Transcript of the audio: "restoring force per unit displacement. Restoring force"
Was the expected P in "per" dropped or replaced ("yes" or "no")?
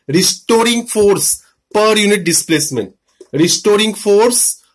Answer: no